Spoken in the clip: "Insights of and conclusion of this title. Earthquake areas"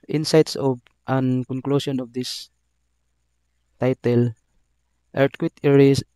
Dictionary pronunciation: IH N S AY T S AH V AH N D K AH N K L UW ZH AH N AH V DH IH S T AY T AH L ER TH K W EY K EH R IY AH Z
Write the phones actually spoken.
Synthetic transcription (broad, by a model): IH N S AY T S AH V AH N K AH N K L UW S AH N AH V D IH S T AY T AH L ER T K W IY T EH R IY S